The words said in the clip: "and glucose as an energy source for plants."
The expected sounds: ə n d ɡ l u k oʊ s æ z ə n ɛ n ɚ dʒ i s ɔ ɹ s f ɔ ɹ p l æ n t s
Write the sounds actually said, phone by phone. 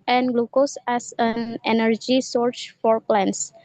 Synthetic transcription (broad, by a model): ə n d ɡ l u k oʊ s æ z ə n ɛ n ɚ dʒ i s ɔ ɹ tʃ f ɔ ɹ p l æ n s